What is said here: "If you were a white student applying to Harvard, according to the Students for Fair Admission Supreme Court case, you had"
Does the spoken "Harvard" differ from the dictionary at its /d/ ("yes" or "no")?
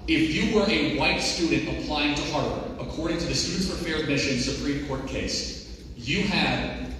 yes